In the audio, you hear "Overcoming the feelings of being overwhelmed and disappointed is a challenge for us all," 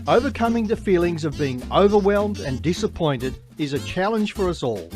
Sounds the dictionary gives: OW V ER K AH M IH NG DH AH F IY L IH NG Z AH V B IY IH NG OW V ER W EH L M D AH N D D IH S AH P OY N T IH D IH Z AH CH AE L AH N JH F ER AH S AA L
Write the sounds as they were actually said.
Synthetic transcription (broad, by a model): OW V ER K AH M IH NG DH AH F IY L IH NG Z AH V B IY IH NG OW V ER W EH L M D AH N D D IH S AH P OY N T IH D IH Z AH CH AE L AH N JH F ER AH S AA L